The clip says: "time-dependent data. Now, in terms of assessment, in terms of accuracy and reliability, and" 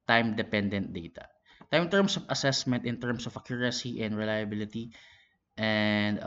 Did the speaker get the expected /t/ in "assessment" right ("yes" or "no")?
yes